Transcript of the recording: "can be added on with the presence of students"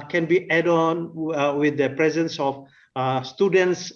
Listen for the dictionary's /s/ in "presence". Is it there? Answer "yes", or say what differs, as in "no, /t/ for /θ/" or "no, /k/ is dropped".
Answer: yes